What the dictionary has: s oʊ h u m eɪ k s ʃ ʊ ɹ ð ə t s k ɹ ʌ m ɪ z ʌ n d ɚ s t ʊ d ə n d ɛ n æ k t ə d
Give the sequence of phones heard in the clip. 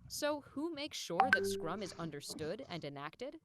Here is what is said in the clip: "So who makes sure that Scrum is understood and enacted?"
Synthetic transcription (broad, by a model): s oʊ h u m eɪ k s ʃ ʊ ɹ ð ə t s k ɹ ʌ m ɪ z ʌ n d ɚ s t ʊ d ə n d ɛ n æ k t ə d